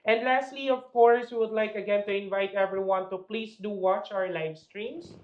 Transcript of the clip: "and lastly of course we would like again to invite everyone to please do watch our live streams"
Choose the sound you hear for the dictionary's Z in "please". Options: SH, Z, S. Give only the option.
S